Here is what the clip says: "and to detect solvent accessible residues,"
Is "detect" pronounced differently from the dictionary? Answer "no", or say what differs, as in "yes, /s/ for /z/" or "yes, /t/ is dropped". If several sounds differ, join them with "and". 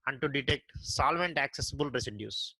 no